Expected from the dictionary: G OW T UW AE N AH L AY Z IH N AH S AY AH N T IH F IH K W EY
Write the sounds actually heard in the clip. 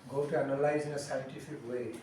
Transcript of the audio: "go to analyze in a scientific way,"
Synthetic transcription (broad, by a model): G OW T UW AE N AH L AY Z IH N AH S AY AH N T IH F IH K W EY